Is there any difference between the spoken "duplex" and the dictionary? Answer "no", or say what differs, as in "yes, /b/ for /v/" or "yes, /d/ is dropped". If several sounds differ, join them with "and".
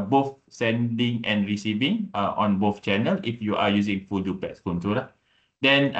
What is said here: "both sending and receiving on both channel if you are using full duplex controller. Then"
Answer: yes, /l/ is dropped